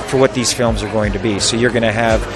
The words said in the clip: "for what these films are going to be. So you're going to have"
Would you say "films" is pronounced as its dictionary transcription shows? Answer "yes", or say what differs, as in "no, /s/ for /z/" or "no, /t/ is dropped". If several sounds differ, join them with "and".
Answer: yes